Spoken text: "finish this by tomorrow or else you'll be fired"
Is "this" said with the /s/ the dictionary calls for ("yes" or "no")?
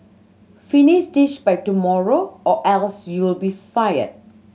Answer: no